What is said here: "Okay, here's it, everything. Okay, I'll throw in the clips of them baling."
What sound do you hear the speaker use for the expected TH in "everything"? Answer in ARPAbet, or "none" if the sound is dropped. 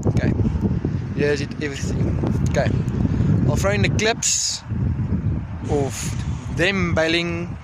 TH